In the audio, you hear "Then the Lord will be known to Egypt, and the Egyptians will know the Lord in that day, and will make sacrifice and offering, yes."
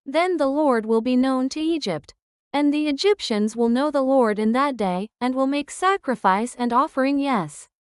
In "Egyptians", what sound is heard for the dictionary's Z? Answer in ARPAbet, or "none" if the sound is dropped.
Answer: Z